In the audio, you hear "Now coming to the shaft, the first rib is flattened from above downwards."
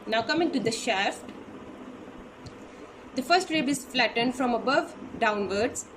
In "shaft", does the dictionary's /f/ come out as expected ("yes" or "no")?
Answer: yes